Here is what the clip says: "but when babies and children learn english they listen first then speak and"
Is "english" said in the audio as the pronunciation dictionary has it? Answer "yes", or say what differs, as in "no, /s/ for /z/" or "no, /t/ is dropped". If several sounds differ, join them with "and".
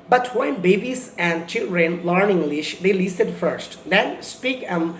yes